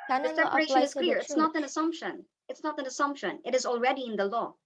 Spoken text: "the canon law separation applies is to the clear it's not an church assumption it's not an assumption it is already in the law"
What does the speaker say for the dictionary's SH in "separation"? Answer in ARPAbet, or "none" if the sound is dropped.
none